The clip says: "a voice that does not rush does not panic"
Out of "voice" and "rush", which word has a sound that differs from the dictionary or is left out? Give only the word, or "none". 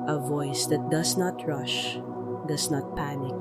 none